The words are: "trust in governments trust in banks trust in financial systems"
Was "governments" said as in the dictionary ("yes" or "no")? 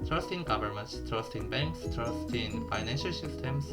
yes